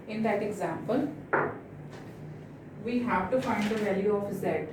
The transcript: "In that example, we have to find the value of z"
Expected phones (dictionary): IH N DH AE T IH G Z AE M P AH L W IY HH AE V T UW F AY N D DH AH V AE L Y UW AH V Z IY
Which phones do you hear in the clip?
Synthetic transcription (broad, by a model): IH N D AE T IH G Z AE M P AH L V IY HH AE V T UW F AY N D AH V AE L Y UW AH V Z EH